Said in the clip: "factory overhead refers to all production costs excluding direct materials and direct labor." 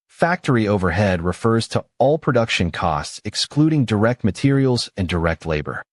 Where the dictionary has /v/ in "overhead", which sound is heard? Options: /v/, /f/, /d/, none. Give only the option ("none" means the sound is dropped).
/v/